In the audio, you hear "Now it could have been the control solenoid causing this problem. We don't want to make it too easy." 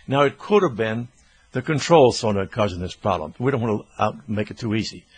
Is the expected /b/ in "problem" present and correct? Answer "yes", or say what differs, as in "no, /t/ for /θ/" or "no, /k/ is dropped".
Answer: no, /b/ is dropped